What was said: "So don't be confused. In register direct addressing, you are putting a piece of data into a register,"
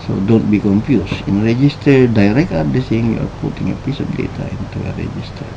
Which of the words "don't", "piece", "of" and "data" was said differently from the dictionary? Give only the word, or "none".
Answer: of